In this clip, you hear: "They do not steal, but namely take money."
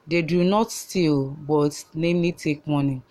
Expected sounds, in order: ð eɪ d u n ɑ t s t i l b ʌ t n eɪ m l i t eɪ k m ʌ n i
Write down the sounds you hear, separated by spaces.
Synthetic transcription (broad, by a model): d eɪ d u n ɑ t s t i l b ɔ t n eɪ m i t eɪ k m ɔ n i